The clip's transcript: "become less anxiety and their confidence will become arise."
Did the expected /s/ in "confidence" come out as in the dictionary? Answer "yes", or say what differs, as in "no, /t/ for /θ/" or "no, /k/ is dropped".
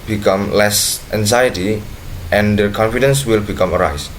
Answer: yes